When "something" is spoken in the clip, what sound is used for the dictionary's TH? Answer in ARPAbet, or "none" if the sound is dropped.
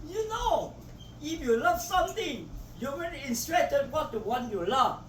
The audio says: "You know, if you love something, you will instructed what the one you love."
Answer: T